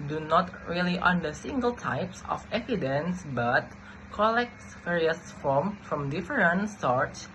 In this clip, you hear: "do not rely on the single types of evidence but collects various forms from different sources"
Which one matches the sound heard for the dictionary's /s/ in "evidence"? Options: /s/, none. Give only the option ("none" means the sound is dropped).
/s/